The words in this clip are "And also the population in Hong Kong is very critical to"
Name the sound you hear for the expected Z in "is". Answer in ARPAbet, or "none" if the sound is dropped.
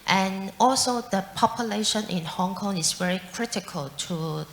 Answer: S